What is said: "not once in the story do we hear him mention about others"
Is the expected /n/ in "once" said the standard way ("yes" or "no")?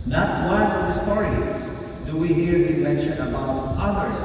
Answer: no